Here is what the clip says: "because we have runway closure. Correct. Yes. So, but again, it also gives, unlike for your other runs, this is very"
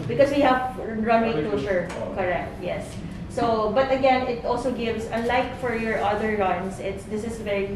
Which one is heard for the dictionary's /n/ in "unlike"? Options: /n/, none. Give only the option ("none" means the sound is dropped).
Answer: none